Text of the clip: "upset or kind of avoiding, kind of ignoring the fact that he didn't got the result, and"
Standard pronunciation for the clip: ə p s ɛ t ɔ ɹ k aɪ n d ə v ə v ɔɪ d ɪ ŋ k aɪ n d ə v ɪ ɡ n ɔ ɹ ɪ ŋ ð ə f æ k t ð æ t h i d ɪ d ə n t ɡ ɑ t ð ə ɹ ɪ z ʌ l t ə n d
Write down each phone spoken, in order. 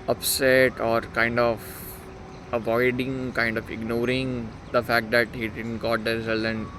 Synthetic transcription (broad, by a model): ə p s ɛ t ɔ ɹ k aɪ n d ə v ə v ɔɪ d ɪ ŋ k aɪ n d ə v ɪ ɡ n ɔ ɹ ɪ ŋ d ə f æ k t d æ t h i d ɪ d ə n t ɡ ɑ t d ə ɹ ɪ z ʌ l ə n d